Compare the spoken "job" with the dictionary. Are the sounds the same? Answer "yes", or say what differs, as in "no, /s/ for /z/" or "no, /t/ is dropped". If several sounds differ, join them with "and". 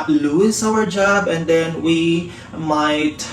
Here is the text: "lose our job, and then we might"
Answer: yes